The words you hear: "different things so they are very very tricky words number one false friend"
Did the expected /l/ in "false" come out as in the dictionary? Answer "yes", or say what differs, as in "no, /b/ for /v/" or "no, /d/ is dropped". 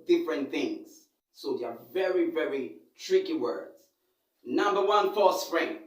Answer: no, /l/ is dropped